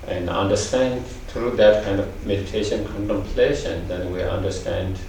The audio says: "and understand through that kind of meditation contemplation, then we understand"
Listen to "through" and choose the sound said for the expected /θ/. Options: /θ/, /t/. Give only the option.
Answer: /t/